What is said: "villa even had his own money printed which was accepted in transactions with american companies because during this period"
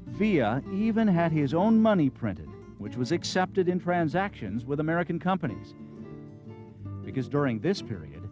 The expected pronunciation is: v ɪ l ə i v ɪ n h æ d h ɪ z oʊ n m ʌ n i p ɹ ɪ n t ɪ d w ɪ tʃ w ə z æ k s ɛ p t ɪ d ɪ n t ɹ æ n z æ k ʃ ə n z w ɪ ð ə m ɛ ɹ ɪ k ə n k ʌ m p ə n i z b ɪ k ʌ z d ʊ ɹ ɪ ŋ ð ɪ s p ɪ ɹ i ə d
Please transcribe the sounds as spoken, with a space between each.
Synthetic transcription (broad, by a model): v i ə i v ɪ n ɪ d ɪ z oʊ n m ʌ n i p ɹ ɪ n t ɪ d w ɪ tʃ w ə z æ k s ɛ p t ɪ d ɪ n t ɹ æ n z æ k ʃ ə n z w ɪ ð ə m ɛ ɹ ɪ k ə n k ʌ m p ə n i z b ɪ k ʌ z d ʊ ɹ ɪ ŋ ð ɪ s p ɪ ɹ i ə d